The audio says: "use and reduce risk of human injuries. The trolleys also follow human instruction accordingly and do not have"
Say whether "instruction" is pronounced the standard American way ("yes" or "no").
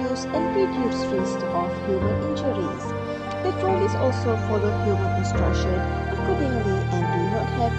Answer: yes